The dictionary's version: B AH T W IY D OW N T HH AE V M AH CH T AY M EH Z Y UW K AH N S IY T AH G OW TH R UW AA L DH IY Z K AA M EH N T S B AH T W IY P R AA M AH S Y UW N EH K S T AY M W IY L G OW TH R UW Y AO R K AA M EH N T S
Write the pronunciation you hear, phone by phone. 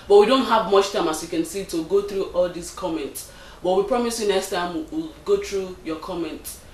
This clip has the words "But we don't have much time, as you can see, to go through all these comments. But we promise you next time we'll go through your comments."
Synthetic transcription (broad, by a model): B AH T W IY D OW N T HH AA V M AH CH T AY M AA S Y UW K AH N S IY T AH G OW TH R UW AA L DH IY S K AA M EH N T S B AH T W IY P R AA M AH S Y UW N EH K S T AY M W IY L G OW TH R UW Y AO K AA M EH N T